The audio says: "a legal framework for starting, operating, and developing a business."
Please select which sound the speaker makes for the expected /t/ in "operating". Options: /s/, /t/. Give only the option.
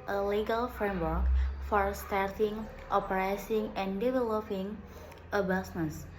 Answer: /s/